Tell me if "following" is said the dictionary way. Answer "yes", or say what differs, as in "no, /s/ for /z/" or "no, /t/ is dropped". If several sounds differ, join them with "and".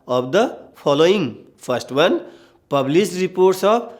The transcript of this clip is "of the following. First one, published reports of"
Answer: no, /p/ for /f/